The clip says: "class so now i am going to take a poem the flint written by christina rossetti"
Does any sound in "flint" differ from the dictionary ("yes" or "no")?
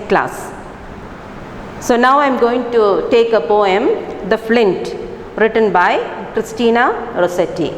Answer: no